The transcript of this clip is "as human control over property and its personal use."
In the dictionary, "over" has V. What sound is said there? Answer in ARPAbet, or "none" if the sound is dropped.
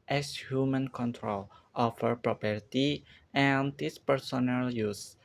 F